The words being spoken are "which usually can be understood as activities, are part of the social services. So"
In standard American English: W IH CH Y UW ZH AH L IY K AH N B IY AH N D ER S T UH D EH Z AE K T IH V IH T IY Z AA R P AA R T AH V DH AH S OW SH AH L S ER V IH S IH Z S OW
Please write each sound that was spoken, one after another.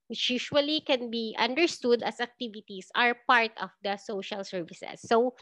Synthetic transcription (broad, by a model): W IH CH Y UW SH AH L IY K AH N B IY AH N D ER S T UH D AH S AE K T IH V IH T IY S AA R P AA R T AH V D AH S OW SH AH L S ER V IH S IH S OW